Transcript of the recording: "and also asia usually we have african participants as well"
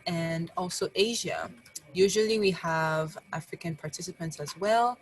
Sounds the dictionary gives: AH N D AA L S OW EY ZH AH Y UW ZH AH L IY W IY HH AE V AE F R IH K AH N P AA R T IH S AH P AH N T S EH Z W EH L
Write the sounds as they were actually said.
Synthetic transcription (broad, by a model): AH N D AA L S OW EY ZH AH Y UW ZH AH L IY W IY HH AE V AE F R IH K AH N P AA R T IH S AH P AH N T S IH Z W EH L